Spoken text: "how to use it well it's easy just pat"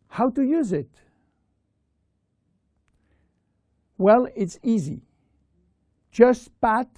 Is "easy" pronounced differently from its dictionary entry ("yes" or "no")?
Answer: no